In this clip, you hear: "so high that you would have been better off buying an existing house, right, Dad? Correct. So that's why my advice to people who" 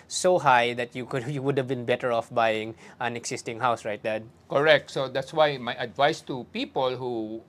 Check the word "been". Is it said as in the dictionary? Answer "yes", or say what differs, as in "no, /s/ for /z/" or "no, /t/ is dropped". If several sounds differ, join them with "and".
yes